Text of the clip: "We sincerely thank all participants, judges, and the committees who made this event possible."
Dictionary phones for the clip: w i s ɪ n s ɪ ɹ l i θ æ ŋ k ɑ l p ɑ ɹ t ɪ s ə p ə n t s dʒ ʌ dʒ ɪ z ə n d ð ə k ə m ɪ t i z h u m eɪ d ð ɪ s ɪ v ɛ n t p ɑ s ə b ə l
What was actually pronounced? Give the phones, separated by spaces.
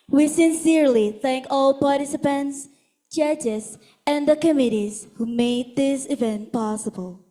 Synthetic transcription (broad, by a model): w i s ɪ n s ɪ ɹ l i θ æ ŋ k ɑ l p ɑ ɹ t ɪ s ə p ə n t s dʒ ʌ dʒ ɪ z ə n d ð ə k ə m ɪ t i z h u m eɪ d ð ɪ s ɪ v ɛ n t p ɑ s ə b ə l